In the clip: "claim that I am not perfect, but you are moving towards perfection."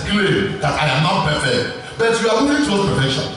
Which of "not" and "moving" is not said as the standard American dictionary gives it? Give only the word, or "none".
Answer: moving